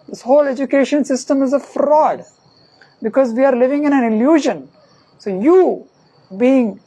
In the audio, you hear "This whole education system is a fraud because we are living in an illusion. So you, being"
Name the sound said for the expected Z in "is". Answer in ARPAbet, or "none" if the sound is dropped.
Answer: Z